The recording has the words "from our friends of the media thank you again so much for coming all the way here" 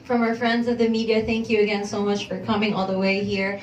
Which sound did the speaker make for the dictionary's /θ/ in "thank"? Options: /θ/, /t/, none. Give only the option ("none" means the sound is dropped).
/θ/